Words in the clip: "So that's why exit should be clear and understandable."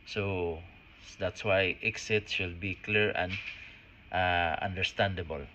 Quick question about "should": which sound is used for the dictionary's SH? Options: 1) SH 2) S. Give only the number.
2